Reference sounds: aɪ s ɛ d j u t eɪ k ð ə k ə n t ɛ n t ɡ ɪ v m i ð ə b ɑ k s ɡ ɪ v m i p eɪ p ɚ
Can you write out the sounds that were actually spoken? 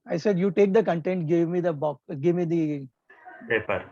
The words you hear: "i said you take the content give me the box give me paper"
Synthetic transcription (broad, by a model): aɪ s ɛ d j u t eɪ k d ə k ə n t ɛ n t ɡ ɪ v m i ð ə b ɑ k ɡ ɪ v m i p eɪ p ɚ